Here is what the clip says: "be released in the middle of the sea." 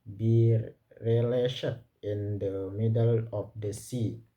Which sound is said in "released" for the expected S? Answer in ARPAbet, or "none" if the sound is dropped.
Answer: SH